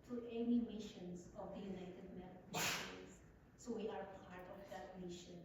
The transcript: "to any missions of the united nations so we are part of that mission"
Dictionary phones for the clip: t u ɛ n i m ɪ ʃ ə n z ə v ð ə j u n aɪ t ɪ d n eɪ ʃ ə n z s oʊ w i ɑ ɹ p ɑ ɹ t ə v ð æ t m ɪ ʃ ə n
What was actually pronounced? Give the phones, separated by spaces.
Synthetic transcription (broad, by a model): t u ɛ n i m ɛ ʃ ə n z ə v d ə j u n aɪ t ɪ d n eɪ ə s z s oʊ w i ɑ ɹ p ɑ ɹ t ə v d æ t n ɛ ʃ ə n